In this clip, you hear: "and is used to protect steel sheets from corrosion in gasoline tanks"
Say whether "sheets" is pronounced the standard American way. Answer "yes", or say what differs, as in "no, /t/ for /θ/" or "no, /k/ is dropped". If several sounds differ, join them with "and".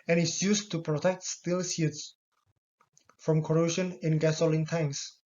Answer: no, /s/ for /ʃ/